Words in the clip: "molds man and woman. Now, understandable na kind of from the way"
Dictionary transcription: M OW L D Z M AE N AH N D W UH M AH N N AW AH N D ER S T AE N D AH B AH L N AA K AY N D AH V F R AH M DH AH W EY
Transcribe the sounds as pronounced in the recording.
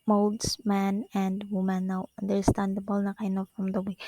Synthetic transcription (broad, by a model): M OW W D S M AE N AH N D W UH M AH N N AW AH N D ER S T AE N D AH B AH L N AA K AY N AH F R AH M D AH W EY